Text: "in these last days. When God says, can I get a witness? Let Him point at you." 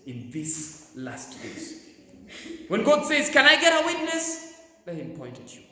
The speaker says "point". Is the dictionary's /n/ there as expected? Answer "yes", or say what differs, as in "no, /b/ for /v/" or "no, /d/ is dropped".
yes